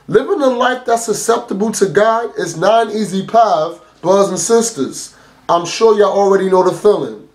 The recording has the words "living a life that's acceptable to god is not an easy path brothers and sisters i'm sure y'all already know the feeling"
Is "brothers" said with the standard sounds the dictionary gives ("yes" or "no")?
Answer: no